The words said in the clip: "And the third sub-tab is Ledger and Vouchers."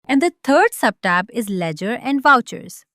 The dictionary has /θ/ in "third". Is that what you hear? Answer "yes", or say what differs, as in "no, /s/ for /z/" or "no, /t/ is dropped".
no, /t/ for /θ/